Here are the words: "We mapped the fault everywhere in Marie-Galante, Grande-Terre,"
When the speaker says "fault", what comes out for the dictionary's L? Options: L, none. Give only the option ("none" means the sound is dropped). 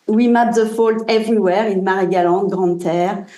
L